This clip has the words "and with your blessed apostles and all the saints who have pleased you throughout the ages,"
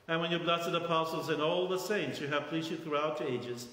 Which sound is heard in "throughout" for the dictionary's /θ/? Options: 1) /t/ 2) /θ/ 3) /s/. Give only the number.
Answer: 2